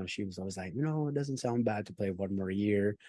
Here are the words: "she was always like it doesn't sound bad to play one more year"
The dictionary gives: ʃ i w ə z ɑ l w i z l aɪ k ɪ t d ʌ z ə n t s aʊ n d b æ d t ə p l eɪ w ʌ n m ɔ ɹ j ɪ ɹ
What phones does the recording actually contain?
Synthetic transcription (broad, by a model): ʃ i w ə z ɑ l w i z l aɪ k ɪ t d ʌ z ə n t s aʊ n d b æ d t ə p l eɪ w ʌ n m ɔ ɹ j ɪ ɹ